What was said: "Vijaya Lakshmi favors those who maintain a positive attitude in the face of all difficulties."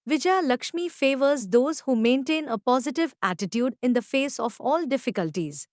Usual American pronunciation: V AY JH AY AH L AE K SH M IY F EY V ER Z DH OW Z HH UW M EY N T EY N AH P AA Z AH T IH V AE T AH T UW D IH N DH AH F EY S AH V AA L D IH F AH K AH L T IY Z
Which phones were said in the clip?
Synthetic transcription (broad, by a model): V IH JH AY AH L AE K SH M IY F EY V ER Z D OW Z HH UW M EY N T EY N AH P AA Z AH T IH V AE T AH T UW D IH N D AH F EY S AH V AA L D IH F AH K AH L T IY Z